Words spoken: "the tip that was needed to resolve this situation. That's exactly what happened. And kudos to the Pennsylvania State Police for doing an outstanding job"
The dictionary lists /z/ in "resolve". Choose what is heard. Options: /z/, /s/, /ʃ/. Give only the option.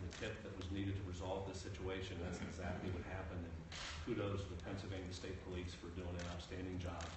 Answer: /z/